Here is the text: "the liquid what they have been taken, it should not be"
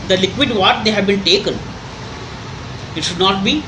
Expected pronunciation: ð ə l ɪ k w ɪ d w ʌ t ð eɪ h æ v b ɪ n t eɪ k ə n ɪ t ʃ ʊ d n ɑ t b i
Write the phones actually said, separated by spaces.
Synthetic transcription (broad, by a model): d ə l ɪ k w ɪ d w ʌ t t eɪ h æ v b ɪ n t eɪ k ə n ɪ t ʃ ʊ d n ɑ t b i